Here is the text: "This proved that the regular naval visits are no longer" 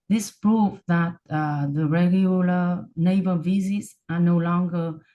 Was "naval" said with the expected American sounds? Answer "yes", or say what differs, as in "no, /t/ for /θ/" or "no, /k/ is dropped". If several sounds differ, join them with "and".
no, /b/ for /v/